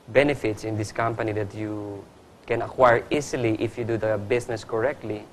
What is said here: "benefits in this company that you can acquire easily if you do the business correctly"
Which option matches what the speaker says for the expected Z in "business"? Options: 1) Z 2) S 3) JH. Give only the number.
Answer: 2